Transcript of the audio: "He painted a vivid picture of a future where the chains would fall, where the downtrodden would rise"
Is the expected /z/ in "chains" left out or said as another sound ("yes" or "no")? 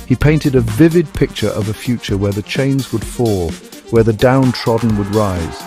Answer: no